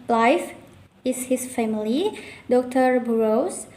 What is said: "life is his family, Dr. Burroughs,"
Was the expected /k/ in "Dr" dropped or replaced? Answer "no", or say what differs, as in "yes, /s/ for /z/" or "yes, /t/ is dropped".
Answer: no